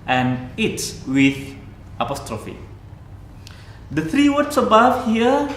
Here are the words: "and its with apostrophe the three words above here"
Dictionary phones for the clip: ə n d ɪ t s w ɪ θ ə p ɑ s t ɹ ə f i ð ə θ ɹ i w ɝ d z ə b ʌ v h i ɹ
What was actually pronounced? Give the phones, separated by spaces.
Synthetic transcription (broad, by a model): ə n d ɪ t s w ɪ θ ə p ɑ s t ɹ ə f i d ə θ ɹ i w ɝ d s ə b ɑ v h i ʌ